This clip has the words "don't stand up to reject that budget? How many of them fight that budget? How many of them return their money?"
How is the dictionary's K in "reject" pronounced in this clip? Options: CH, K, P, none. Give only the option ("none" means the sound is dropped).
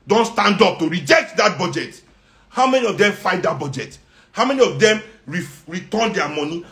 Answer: K